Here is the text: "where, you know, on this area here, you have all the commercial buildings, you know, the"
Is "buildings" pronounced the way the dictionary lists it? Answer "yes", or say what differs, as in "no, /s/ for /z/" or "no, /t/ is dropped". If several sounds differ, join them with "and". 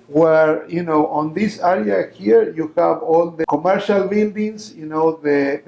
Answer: no, /n/ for /l/ and /s/ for /z/